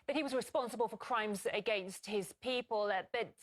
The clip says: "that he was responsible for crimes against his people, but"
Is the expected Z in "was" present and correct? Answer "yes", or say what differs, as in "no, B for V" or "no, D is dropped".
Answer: yes